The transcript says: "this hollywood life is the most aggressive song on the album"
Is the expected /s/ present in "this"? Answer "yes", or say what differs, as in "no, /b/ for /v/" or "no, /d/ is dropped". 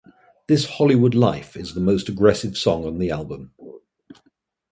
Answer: yes